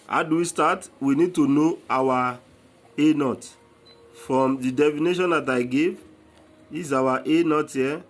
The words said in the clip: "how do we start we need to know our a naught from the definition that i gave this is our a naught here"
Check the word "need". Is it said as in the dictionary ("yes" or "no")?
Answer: yes